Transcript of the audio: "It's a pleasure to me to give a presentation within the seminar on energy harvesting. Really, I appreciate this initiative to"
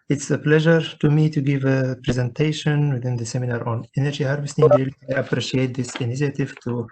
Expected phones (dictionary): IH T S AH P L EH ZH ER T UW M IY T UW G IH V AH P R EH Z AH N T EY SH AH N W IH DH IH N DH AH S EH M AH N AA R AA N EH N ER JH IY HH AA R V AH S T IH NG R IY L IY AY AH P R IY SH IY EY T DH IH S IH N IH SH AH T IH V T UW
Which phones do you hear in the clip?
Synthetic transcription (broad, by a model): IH T S AH P L EH ZH ER T UW M IY T UW G IH V AH P R EH Z AH N T EY SH AH N W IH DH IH N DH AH S EH M AH N AA R AA N EH N ER JH IY HH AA R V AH S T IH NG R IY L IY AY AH P R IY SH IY EY T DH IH S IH N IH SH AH T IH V T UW